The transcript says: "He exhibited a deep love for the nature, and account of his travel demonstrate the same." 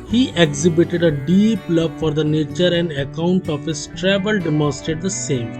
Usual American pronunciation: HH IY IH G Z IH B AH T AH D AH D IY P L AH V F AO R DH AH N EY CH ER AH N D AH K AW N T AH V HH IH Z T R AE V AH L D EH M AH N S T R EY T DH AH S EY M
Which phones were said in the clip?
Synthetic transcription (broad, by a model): HH IY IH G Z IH B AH T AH D AH D IY P L AH V F AO R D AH N EY CH ER AH N D AH K AW N T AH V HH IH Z T R AE V AH L D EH M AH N S T EY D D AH S EY M